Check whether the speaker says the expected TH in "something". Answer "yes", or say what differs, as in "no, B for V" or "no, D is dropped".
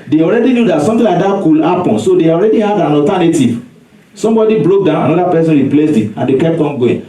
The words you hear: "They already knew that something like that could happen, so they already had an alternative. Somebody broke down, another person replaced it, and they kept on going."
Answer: no, T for TH